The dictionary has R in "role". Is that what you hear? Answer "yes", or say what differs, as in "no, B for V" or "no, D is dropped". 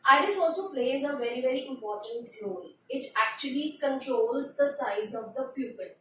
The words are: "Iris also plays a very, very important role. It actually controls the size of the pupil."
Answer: no, L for R